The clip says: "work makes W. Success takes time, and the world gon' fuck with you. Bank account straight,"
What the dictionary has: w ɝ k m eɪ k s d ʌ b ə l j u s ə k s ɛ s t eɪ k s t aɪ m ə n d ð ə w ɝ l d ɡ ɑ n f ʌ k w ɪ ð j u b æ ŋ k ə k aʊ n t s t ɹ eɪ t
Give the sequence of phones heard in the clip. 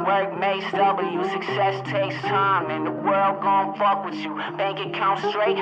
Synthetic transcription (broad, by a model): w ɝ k m eɪ s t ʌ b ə j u s ə k s ɛ s t eɪ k s t aɪ m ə n ð ə w ɝ l d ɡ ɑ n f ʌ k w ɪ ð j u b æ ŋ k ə k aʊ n s t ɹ eɪ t